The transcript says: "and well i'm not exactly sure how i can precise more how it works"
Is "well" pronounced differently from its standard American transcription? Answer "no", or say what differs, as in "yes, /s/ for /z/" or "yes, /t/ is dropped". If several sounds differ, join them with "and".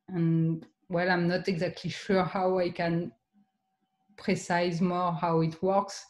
no